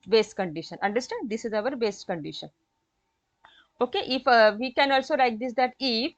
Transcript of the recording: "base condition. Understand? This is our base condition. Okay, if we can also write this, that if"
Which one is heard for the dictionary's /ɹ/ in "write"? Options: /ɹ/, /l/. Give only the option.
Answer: /l/